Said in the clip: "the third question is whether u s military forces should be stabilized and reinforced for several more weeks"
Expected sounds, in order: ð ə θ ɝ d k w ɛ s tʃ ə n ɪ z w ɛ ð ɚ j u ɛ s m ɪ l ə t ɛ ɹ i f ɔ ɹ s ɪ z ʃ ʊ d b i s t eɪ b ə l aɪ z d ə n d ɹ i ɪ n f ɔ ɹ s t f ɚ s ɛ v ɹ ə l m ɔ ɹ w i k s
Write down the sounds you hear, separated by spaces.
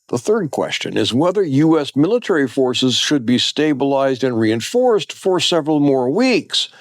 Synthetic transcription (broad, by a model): ð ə θ ɝ d k w ɛ s tʃ ə n ɪ z w ɛ ð ɚ j u ɛ s m ɪ l ə t ɛ ɹ i f ɔ ɹ s ɪ z ʃ ʊ d b i s t eɪ b ə l aɪ z d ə n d ɹ i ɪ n f ɔ ɹ s t f ɚ s ɛ v ɹ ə l m ɔ ɹ w i k s